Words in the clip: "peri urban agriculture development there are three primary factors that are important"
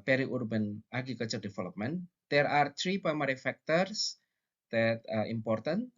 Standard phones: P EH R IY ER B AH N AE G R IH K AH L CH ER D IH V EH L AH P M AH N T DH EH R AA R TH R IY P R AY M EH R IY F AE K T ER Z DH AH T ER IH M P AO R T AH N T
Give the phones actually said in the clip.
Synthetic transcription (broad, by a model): P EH R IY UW B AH N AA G IH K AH CH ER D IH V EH L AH P M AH N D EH R AA R T R IY P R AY M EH R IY F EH K T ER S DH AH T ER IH M P AO R T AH N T